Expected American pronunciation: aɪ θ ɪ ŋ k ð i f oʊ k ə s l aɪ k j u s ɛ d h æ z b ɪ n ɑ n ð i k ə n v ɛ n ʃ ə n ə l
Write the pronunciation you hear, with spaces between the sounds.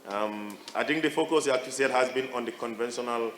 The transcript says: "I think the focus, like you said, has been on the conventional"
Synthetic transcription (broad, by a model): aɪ t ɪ ŋ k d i f oʊ k ə s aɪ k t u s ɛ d h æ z b ɪ n ɑ n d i k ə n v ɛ n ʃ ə n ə l